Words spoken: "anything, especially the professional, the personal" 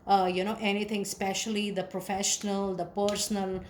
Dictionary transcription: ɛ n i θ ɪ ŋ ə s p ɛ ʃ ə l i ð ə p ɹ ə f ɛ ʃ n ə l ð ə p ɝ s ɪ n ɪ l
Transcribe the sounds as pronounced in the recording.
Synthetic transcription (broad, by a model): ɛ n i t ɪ ŋ s p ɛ ʃ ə l i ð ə p ɹ ə f ɛ ʃ n ə l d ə p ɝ s n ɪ l